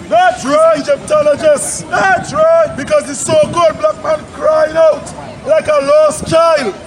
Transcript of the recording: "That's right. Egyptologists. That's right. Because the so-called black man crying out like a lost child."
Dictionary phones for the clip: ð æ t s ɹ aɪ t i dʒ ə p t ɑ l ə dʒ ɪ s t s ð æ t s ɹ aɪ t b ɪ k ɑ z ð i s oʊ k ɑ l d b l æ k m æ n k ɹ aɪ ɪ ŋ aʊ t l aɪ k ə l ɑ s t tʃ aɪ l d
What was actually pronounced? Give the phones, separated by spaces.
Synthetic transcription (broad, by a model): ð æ t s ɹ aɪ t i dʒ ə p t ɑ l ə dʒ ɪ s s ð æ t s ɹ aɪ t b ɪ k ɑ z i s oʊ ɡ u d b l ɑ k m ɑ n k ɹ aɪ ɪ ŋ aʊ t l aɪ k ə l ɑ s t tʃ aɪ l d